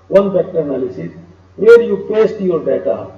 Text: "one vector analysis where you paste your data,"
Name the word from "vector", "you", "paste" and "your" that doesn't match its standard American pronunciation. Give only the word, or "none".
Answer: vector